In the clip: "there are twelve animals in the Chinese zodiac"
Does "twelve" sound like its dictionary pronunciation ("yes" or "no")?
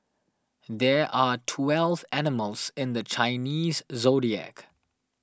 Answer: yes